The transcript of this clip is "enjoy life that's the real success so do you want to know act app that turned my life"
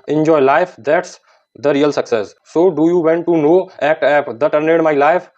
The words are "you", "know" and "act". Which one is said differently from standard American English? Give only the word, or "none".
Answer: act